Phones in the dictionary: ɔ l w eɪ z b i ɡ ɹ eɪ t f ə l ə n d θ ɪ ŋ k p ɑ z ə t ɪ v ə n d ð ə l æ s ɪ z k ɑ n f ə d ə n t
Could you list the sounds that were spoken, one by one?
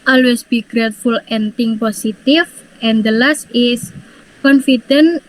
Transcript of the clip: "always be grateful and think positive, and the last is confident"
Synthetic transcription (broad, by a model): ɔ l w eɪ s b i ɡ ɹ eɪ t f ə l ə n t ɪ ŋ p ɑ s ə t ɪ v ə n d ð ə l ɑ s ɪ s k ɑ n f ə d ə n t